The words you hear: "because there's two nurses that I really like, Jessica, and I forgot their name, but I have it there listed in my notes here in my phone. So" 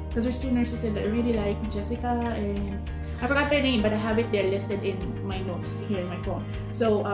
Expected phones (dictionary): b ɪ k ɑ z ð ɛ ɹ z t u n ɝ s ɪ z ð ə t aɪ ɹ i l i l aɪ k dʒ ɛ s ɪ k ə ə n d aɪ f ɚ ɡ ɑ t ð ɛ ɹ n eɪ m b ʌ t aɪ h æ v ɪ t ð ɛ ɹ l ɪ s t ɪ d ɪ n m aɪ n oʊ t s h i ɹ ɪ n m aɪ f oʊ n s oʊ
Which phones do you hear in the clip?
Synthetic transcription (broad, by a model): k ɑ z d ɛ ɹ s t u n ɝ s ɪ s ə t aɪ ɹ i l i l aɪ k dʒ ɛ s ɪ k ə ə n d aɪ f ɚ ɡ ɑ t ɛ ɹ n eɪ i b ʌ t aɪ h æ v ɪ t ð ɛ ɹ l ɪ s t ɪ d ɪ n m aɪ n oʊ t s h i ɹ ɪ n m aɪ f oʊ n s oʊ